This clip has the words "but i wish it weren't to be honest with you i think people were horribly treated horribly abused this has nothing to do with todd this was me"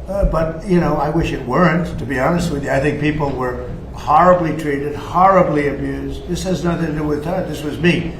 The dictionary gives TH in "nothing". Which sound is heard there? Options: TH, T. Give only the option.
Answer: TH